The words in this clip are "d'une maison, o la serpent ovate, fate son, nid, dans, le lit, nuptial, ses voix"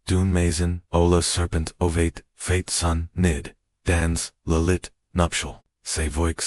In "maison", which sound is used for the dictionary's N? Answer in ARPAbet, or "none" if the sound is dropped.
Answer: N